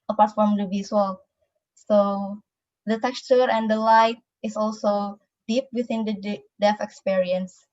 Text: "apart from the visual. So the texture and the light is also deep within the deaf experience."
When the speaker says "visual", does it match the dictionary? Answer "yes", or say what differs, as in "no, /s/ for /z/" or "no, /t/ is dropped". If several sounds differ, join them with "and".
no, /s/ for /ʒ/